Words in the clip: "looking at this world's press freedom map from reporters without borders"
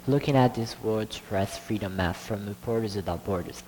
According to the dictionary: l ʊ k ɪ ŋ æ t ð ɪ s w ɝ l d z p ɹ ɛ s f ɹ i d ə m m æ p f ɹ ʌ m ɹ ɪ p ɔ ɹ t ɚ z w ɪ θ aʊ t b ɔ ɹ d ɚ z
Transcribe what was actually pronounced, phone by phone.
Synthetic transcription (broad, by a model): l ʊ k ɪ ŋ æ t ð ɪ s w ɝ d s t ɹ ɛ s f ɹ i d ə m m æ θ f ɹ ʌ m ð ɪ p ɔ ɹ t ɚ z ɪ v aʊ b ɔ ɹ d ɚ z